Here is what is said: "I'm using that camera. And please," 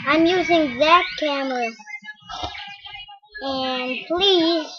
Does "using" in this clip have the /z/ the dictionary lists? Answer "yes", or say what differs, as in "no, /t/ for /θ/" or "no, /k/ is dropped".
yes